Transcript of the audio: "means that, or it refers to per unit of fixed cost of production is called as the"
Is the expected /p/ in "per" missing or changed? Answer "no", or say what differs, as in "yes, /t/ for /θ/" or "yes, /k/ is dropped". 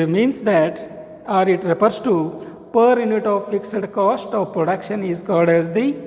no